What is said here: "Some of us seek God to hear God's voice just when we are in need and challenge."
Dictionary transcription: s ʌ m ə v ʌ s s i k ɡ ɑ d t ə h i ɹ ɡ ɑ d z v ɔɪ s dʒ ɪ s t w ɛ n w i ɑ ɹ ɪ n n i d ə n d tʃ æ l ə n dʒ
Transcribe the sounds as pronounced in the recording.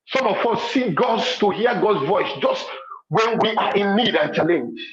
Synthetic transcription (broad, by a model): s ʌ m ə f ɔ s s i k ɡ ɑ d t ə h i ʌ ɡ ɑ d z v ɔɪ s dʒ ɪ s t w ɛ n w i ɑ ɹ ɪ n n i d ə n tʃ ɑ l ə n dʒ